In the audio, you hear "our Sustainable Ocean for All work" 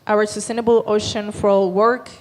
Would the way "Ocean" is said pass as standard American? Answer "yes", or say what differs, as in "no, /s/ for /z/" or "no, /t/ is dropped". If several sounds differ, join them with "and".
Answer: yes